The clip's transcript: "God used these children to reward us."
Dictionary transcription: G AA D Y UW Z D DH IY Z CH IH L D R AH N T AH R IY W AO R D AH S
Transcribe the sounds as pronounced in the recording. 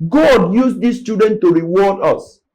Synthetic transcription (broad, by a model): G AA D Y UW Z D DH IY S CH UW D AH N T AH R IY W AO D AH S